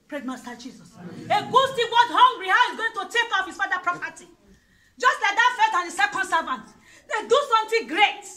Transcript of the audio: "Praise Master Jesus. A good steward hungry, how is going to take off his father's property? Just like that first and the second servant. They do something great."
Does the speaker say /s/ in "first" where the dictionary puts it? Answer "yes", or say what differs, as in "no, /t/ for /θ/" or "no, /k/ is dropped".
no, /s/ is dropped